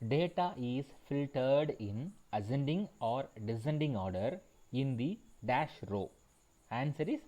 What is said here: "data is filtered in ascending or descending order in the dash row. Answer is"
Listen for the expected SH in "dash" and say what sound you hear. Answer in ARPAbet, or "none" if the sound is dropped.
SH